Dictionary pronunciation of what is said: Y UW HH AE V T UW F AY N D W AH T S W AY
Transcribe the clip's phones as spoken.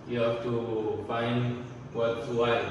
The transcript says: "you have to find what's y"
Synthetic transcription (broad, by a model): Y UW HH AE F T UW F AY N D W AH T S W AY